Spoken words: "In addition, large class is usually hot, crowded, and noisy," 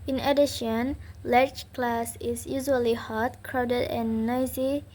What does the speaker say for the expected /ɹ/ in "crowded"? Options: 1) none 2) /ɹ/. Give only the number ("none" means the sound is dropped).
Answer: 2